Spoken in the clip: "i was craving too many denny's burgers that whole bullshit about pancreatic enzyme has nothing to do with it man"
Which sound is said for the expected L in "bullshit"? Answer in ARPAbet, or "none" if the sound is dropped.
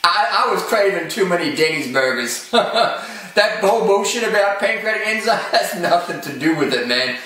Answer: none